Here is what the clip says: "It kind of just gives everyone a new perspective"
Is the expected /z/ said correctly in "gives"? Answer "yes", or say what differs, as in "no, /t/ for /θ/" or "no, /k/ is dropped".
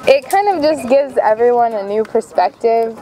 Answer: yes